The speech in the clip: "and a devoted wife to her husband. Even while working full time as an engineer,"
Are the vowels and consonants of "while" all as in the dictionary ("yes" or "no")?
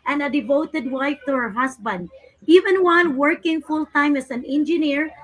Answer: no